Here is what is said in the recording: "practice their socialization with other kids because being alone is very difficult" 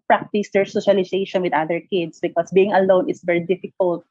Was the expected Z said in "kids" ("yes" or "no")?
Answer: no